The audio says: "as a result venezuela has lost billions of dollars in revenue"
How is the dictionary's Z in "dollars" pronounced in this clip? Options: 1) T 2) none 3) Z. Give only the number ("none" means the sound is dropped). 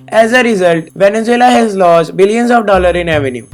2